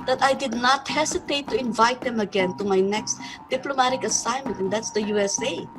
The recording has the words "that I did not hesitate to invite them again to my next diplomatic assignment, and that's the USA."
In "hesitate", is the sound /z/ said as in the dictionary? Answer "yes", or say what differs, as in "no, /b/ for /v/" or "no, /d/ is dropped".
no, /s/ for /z/